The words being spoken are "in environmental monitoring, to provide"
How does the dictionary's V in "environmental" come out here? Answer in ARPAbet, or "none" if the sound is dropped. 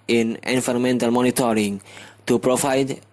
F